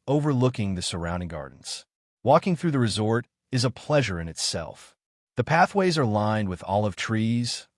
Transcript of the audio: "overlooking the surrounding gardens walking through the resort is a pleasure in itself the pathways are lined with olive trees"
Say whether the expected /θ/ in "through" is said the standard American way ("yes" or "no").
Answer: yes